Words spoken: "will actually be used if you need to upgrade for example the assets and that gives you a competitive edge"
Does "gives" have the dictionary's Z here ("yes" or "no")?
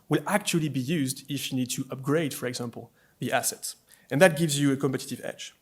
yes